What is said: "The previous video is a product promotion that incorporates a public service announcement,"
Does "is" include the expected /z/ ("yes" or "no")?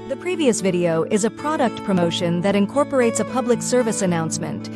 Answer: yes